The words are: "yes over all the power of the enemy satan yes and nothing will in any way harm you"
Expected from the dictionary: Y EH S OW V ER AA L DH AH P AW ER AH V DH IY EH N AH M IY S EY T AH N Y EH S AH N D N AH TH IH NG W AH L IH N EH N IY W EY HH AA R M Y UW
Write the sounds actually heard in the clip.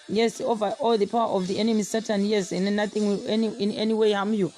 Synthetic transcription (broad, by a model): Y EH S OW V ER AA L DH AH P AW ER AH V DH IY EH N AH M IY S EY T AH N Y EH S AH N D N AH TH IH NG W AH N IH N EH N IY W EY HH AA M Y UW